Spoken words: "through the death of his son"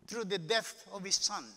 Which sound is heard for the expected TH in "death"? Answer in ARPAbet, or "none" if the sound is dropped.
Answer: T